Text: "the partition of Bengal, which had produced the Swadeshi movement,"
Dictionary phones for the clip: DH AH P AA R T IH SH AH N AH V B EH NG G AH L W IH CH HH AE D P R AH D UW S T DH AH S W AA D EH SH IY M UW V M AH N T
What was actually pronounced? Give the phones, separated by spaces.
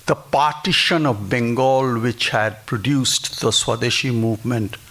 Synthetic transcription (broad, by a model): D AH P AA R T IH SH AH N AH V B EH NG G AH L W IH CH HH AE D P R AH D UW S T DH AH S W AA D EH SH IY M UW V M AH N T